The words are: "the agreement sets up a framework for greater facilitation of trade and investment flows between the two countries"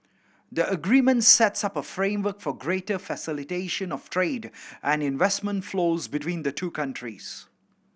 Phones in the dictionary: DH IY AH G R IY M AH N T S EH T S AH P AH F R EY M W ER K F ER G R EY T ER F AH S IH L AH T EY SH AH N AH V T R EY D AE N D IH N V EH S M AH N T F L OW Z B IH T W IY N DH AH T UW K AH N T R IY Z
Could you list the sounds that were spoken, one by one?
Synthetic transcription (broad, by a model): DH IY AH G R IY M AH N T S EH T S AH P AH F R EY M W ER K F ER G R EY T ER F AH S IH L AH T EY SH AH N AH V T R EY D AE N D IH N V EH S M AH N T F L OW Z B IH T W IY N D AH T UW K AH N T R IY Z